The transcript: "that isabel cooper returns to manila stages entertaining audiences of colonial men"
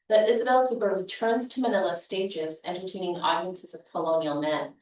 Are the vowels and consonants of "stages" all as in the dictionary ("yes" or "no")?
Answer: yes